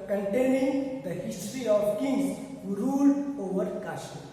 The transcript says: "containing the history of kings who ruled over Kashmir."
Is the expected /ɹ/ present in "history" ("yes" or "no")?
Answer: yes